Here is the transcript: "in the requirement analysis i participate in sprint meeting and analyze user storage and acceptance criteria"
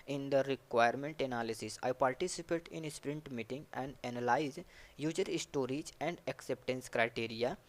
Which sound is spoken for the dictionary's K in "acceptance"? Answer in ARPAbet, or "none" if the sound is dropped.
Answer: K